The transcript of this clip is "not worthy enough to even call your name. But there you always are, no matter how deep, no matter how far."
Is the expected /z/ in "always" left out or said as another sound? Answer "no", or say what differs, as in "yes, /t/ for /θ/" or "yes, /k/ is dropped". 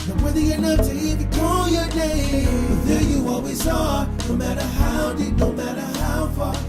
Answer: yes, /s/ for /z/